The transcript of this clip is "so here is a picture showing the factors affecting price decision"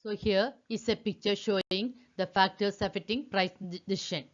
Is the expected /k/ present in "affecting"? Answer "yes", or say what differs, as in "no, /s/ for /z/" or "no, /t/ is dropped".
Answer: no, /k/ is dropped